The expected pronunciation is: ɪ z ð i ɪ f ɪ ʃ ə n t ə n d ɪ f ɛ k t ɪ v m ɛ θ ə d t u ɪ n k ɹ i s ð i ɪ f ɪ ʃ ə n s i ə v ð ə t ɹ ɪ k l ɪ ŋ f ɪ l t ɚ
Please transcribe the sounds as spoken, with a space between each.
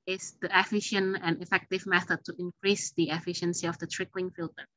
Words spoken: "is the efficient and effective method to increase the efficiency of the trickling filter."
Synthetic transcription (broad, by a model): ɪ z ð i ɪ f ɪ ʃ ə n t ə n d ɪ f ɛ k t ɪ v m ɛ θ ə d t u ɪ n k ɹ i s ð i ɪ f ɪ ʃ ə n s i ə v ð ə t ɹ ɪ k l ɪ ŋ f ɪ l t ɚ